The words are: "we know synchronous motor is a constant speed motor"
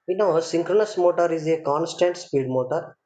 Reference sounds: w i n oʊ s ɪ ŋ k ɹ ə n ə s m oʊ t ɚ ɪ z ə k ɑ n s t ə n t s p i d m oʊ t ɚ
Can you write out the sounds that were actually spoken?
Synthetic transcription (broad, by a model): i n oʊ s ɪ ŋ k ɹ ə n ə s m oʊ t ɚ ɪ z ə k ɑ n s t ə n t s p i d m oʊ t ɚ